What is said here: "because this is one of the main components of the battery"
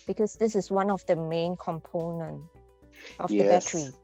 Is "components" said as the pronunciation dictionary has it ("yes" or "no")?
no